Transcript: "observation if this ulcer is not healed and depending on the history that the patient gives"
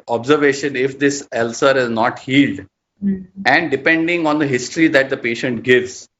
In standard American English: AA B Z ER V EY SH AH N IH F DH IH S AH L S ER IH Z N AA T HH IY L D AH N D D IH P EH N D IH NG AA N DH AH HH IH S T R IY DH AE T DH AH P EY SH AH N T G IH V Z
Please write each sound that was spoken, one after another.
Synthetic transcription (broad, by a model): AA B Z ER V EY SH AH N IH F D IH S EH L S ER IH Z N AA T HH IY L D AH N D D IH P EH N D IH NG AA N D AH HH IH S T R IY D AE T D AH P EY SH AH N T G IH V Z